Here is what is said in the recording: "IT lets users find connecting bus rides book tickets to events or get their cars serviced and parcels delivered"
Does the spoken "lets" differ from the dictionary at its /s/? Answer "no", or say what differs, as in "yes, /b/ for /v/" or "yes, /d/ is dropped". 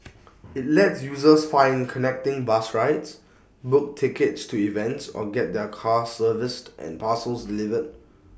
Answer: no